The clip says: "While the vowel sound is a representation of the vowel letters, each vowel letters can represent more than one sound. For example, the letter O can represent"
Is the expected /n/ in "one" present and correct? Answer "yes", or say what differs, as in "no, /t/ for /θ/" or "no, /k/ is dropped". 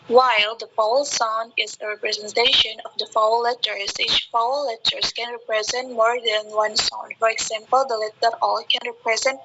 yes